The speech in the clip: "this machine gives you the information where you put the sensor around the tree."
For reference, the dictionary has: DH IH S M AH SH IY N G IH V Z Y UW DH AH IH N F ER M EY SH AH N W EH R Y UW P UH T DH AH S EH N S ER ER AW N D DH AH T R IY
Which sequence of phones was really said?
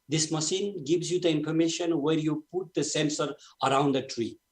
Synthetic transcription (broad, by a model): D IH S M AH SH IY N G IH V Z Y UW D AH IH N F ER M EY SH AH N W EH R Y UW P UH T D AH S EH N S ER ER AW N D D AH T R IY